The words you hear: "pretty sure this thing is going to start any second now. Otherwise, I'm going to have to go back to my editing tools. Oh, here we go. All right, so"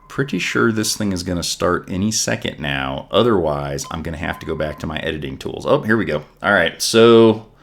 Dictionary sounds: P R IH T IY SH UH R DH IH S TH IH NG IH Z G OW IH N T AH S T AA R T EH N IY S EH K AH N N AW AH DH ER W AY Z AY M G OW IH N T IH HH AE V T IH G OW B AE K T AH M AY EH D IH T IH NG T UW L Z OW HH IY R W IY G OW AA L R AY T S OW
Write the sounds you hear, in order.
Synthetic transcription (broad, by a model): P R IH T IY SH UH R DH IH S TH IH NG IH Z G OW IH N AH S T AA R T EH N IY S EH K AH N N AW AH DH ER W AY Z AY M G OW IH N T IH HH AE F T IH G OW B AE K T AH M AY EH D IH T IH NG T UW L Z OW HH IY R W IY G OW AA L R AY T S OW